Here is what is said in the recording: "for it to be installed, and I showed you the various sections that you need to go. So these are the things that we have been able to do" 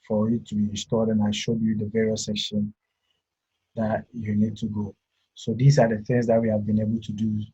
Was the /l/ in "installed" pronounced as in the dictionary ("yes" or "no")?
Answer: no